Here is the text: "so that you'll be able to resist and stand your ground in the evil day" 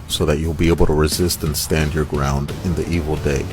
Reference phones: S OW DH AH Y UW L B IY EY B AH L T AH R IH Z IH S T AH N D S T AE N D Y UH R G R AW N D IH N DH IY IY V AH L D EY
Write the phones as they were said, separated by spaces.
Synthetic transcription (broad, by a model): S OW DH AH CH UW L B IY EY B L T AH R IH Z IH S T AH N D S T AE N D Y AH R G R AW N D IH N DH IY IY V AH L D EY